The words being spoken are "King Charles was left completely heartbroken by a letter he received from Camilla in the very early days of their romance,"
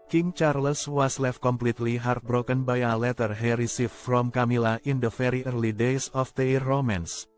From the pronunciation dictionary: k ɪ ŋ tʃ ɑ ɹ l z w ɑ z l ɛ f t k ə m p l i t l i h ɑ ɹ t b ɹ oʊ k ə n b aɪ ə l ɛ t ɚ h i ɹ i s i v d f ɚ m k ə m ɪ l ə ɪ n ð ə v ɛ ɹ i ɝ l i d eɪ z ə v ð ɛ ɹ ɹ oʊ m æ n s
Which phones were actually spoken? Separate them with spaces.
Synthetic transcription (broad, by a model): k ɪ ŋ tʃ ɑ ɹ l s w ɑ s l ɛ f t k ə m p l i t l i h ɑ ɹ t b ɹ oʊ k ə n b aɪ ə l ɛ t ɚ h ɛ ɹ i s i f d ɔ m k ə m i l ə ɪ n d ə f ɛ ɹ i ɝ l i d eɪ s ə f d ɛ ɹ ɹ oʊ m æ n s